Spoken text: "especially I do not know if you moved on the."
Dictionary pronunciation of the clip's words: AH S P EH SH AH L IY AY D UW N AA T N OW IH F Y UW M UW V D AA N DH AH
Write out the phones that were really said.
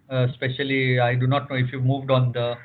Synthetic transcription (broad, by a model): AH S P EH SH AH L IY AY D UW N AA T N OW IH F Y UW M UW V D AA N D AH